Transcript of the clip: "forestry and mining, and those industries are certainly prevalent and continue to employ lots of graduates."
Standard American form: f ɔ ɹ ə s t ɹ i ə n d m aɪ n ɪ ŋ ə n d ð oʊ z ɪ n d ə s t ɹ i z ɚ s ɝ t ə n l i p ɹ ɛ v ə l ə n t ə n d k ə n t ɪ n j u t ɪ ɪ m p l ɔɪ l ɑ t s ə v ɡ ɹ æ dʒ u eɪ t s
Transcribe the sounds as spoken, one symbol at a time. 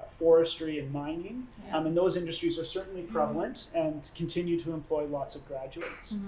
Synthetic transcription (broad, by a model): f ɔ ɹ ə s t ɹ i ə n m aɪ n ɪ ŋ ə n ð oʊ z ɪ n d ə s t ɹ i z ɚ s ɝ t n l i p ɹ ɛ v l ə n t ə n k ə n t ɪ n j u t ɪ ɪ m p l ɔɪ l ɑ t s ə v ɡ ɹ æ dʒ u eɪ t s